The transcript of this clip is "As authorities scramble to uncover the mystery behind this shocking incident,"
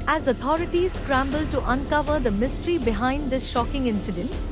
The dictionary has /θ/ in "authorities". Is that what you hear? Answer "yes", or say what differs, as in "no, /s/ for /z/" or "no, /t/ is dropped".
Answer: no, /t/ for /θ/